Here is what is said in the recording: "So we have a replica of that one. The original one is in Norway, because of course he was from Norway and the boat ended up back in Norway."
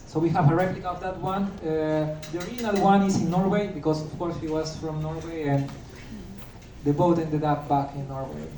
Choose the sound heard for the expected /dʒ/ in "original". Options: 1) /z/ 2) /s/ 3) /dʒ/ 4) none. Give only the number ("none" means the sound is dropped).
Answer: 4